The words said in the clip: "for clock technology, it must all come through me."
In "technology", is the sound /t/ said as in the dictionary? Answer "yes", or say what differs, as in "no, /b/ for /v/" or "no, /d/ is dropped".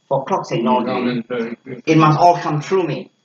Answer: no, /s/ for /t/